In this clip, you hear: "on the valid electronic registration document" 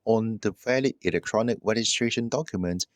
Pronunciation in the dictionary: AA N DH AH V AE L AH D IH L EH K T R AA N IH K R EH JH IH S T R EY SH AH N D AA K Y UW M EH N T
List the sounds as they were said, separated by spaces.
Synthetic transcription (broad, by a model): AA N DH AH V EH L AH IH L EH K T R AA N IH K R EH JH IH S T R EY SH AH N D AA K Y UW M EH N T